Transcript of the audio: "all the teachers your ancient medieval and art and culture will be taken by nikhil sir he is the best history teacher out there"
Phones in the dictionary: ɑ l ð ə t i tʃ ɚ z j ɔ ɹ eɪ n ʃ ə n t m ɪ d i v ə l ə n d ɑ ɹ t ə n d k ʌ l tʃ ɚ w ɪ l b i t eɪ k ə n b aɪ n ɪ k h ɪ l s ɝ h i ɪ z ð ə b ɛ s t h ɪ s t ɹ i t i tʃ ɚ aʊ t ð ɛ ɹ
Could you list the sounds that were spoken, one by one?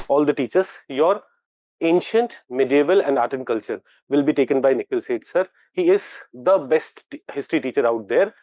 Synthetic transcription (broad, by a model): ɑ l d ə t i tʃ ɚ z j ɔ ɹ eɪ n ʃ ə n t m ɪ d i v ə l ə n d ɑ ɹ t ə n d k ʌ l tʃ ɚ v ɪ l b i t eɪ k ə n b aɪ n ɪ k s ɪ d s ɝ h i ɪ z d ə b ɛ s t h ɪ s t ɹ i t i tʃ ɚ aʊ t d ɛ ɹ